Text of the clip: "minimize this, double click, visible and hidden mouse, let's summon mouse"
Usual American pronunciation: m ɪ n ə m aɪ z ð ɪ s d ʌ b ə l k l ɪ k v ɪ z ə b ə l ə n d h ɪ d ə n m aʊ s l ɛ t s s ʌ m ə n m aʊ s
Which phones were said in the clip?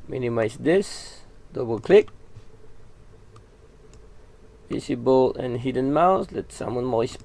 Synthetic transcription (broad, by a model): m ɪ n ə m aɪ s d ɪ s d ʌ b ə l k l ɪ k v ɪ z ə b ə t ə n h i d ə n m aʊ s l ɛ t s s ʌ m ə n m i s